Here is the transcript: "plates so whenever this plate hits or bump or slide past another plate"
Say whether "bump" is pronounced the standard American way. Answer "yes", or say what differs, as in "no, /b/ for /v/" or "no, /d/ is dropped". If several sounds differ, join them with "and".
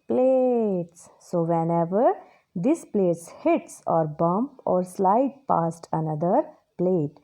yes